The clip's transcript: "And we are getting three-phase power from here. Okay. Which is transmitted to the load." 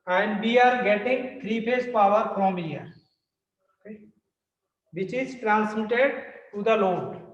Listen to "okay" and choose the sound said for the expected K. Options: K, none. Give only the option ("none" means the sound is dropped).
none